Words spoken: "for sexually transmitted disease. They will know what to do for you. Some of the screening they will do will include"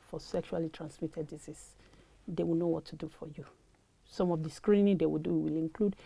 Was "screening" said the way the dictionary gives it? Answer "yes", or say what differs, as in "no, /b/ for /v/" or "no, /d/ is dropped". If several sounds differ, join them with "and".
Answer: yes